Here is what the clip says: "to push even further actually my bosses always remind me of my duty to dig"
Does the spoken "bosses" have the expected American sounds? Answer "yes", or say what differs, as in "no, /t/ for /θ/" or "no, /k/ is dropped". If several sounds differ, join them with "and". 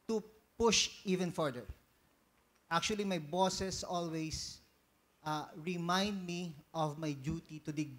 no, /s/ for /z/